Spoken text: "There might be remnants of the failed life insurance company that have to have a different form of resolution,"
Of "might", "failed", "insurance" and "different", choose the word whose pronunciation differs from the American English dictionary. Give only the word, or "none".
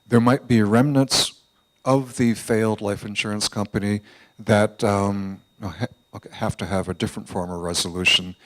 none